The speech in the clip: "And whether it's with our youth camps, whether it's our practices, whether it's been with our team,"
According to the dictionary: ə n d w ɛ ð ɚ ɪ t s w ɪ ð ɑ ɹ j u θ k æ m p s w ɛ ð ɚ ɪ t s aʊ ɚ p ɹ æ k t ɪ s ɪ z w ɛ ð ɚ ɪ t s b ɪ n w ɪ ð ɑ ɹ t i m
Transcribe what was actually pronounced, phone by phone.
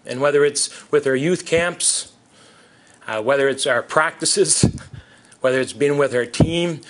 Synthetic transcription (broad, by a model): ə n w ɛ ð ɚ ɪ t s w ɪ ð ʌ ɹ j u θ k æ m p s w ɛ ð ɚ ɪ t s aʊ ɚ p ɹ æ k t ɪ s ɪ z w ɛ ð ɚ ɪ t s b ɪ n w ɪ ð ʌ ɹ t i m